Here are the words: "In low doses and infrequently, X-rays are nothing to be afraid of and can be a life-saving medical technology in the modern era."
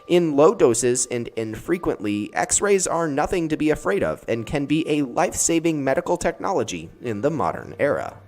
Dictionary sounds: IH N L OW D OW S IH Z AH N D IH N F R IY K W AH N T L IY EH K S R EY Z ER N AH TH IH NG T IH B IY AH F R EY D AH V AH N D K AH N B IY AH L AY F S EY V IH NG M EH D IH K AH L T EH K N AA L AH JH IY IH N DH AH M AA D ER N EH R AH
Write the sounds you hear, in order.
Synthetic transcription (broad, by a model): IH N L OW D OW S IH Z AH N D IH N F R IY K W AH N T L IY EH K S R EY Z ER N AH TH IH NG T IH B IY AH F R EY D AH V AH N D K AH N B IY AH L AY F S EY V IH NG M EH D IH K L T EH K N AA L AH JH IY IH N DH AH M AA D ER N EH R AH